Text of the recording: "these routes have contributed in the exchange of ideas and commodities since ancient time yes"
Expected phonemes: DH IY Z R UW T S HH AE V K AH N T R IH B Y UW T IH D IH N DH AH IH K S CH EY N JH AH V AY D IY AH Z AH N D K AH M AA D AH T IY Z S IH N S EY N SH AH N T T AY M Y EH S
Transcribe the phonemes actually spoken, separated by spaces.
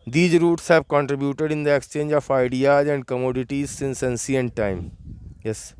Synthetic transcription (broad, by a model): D IY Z R UW T S HH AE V K AH N T R IH B Y UW T IH D IH N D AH IH K S CH EY N JH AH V AY D IY AH Z AH N D K AH M AA D AH T IY Z S IH N S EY N S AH N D T AY M Y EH S